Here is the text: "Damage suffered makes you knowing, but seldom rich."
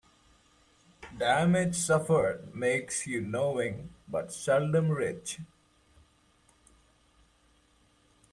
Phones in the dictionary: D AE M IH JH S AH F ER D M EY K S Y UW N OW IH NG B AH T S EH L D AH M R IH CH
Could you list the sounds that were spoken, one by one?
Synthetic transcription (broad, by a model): D AE M IH JH S AH F ER D M EY K S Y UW N OW IH NG B AH T S EH L D AH M R IH CH